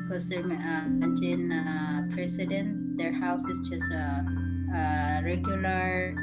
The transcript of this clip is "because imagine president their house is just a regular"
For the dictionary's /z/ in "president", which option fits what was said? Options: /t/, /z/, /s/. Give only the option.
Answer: /s/